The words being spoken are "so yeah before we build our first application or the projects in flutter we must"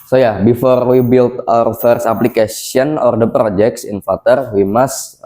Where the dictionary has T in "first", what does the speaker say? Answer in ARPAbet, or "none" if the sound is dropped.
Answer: none